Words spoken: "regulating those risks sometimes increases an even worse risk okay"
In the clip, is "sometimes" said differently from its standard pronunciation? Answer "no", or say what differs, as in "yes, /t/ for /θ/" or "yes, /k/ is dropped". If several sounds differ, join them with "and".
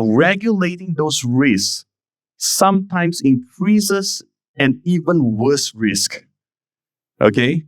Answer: yes, /s/ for /z/